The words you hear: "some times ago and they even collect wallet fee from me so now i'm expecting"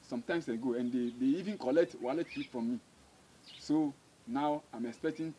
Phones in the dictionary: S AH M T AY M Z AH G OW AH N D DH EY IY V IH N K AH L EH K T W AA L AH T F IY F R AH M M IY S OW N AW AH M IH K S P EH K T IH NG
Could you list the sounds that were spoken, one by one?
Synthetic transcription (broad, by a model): S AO M T AY M S AH G OW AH N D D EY IY V IH N K AH L EH K T W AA L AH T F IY F R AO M M IY S OW N AW AH M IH K S P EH K T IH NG